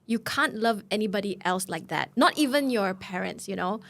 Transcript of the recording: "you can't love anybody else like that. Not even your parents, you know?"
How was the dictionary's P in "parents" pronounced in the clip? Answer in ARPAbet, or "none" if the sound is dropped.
P